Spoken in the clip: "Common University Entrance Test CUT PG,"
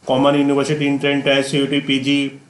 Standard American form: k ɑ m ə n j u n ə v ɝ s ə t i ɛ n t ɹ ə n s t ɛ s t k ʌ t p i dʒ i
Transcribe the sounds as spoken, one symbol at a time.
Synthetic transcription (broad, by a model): k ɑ m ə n j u n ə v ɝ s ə t i n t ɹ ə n t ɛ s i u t p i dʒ i